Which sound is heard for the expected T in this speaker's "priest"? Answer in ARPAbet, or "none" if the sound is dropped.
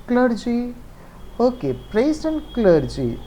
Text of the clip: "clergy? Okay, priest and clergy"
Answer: none